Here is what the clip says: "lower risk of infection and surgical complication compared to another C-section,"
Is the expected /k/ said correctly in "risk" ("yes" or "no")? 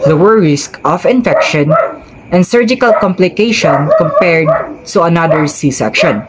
yes